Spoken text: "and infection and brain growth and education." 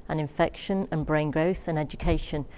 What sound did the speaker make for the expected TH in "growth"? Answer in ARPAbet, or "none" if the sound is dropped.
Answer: TH